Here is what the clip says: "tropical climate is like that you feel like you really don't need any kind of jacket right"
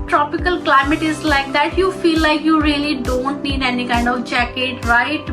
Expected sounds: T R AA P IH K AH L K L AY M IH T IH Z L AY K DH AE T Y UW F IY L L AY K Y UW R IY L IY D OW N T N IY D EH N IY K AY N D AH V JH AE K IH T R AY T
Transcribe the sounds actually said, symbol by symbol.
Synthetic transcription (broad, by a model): T R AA P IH K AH L K L AY M IH T IH Z L AY K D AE T Y UW F IY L L AY K Y UW R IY L IY D OW N T N IY D EH N IY K AY N D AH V JH AE K IH T R AY T